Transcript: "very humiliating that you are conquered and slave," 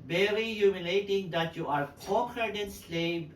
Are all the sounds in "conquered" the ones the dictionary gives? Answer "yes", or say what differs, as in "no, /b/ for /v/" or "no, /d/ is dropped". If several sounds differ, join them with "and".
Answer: no, /ŋ/ is dropped